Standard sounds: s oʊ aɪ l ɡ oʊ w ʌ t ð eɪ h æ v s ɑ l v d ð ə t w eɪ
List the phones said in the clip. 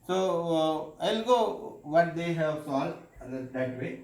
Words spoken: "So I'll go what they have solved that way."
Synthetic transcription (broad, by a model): s oʊ aɪ l ɡ oʊ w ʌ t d eɪ h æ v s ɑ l d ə t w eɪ